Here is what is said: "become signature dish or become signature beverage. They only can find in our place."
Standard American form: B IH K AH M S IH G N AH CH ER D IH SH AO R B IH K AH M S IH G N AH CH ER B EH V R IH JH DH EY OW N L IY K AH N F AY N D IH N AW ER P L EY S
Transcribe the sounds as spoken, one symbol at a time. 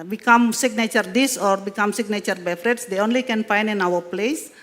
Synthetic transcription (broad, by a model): B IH K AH M S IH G N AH CH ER D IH S AO R B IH K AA M S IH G N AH CH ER B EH F R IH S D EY OW N L IY K AH N F AY N D IH N AW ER P L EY S